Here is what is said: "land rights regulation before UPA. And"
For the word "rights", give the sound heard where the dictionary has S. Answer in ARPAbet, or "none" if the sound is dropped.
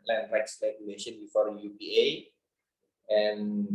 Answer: S